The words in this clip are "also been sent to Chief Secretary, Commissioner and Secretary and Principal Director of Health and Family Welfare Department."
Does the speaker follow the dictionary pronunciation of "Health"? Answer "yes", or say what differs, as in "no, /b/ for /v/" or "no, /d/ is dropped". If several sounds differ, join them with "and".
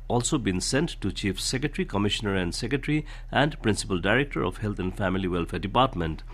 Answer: no, /t/ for /θ/